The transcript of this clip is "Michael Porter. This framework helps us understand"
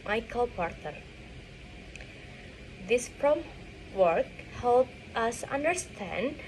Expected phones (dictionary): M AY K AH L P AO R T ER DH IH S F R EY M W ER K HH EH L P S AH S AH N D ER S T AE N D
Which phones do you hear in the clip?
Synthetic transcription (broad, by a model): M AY K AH L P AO R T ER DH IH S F R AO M W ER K HH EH L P AH S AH N D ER S T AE N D